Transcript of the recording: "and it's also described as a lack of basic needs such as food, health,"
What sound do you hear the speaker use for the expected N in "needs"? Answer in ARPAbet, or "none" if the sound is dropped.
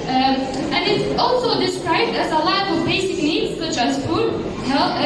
L